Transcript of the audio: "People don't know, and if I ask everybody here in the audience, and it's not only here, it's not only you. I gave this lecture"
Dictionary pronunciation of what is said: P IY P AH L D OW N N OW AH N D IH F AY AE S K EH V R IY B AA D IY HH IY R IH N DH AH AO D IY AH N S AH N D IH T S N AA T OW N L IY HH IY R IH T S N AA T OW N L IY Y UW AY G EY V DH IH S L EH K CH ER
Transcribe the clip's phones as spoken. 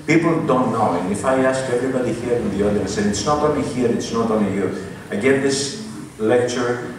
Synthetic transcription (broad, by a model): P IY P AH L D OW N N OW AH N IH F AY AE S K EH V R IY B AA D IY HH IY R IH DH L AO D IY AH S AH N IH T S N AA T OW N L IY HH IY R IH T S N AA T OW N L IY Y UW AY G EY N DH IH S L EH K CH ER